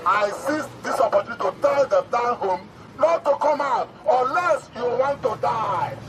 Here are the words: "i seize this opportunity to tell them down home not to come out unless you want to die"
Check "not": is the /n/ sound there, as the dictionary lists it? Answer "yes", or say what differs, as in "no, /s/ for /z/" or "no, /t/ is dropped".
no, /l/ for /n/